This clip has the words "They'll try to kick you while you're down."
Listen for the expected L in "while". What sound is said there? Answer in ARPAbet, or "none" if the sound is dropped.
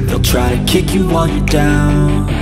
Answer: N